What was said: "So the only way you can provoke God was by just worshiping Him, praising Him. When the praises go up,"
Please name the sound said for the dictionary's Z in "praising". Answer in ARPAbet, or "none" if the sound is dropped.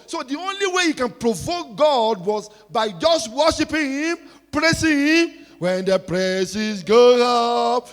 S